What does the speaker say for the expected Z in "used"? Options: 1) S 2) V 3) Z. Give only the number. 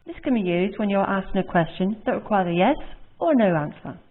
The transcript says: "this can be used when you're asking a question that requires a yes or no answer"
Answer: 3